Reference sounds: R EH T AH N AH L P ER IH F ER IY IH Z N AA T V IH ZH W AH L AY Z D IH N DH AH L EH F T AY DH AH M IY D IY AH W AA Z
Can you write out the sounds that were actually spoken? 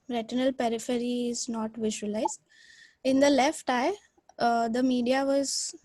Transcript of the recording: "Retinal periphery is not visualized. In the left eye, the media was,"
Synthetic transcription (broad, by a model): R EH T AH N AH L P ER IH F ER IY IH Z N AA T V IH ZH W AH L AY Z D IH N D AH L EH F T AY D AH M IY D IY AH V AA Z